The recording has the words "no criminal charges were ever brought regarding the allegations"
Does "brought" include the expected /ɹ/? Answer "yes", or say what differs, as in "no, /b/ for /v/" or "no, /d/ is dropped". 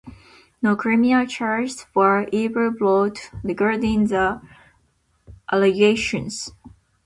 no, /l/ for /ɹ/